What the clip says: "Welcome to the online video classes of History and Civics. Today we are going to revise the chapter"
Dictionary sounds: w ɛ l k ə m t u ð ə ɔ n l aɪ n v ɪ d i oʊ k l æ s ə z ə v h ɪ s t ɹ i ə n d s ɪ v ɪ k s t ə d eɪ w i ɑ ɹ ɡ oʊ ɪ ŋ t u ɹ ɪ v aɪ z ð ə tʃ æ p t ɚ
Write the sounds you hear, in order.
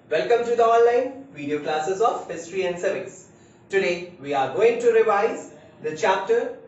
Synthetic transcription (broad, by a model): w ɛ l k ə m t u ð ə ɔ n l aɪ n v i d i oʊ k l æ s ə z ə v h ɪ s t ɹ i ə n d s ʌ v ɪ s t ə d eɪ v i ɑ ɹ ɡ oʊ ɪ ŋ t u ɹ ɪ v aɪ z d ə tʃ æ p t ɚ